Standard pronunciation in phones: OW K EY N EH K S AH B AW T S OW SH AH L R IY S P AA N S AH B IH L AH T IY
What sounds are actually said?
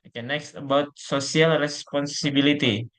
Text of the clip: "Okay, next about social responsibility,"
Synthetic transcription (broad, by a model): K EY N EH K S AH B AW T S OW S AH L R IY S P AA N S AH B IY L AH T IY